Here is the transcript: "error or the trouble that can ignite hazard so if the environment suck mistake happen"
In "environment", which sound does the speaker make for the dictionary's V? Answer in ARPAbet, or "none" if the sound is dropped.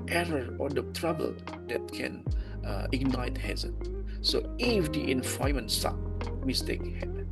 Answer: F